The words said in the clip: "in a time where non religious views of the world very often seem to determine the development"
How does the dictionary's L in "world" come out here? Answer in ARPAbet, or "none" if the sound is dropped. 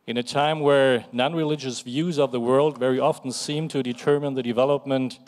L